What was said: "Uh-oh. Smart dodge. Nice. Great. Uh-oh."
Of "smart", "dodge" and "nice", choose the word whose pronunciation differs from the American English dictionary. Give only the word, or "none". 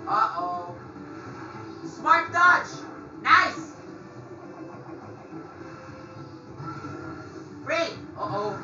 dodge